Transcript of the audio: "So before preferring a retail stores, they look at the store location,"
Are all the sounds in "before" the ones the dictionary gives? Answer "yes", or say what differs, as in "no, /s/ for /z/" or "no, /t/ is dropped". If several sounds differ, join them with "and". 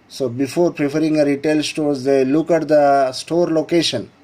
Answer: yes